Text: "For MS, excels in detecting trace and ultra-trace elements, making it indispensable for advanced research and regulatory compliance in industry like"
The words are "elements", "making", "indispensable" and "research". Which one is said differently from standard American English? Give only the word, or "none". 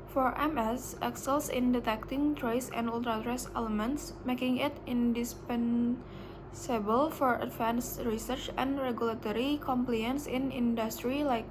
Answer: none